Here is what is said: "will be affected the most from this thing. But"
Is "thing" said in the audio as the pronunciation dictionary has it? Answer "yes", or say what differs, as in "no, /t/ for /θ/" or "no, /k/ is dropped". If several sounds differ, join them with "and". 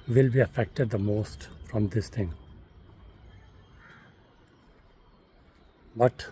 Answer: no, /t/ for /θ/